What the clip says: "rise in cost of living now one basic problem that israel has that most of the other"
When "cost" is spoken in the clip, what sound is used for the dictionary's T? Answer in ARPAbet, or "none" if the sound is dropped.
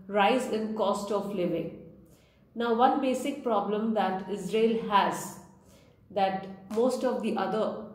T